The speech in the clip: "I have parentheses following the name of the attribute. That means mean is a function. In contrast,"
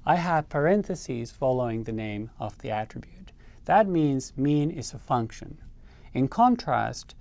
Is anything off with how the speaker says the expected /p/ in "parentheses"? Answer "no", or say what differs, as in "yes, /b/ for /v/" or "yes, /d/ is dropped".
no